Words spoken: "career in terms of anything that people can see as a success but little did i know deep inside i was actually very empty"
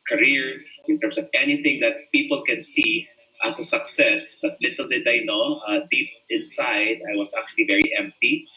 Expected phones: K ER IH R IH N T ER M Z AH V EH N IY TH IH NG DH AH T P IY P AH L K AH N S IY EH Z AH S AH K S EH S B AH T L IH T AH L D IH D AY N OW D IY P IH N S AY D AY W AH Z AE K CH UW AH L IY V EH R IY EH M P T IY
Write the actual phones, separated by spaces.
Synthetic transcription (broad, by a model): K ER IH R IH N T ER M S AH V EH N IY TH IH NG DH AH T P IY P AH L K AH N S IY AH S AH S AH K S EH S B AH T L IH T AH L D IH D AY N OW D IY P IH N S AY D AY W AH S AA K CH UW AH L IY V EH R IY EH M P T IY